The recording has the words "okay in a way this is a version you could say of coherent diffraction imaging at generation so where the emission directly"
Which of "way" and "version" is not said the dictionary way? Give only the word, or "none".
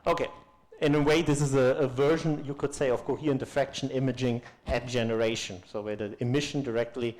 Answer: none